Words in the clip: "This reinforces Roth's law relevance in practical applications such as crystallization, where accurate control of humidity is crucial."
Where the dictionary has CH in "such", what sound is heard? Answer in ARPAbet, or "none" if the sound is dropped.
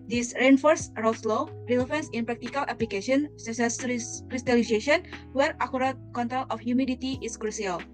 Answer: S